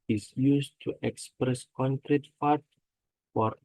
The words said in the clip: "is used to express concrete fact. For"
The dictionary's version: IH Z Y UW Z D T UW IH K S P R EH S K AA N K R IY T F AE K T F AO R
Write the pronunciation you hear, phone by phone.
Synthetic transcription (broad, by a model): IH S Y UW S T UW IH K S P R EH S K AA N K R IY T F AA T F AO R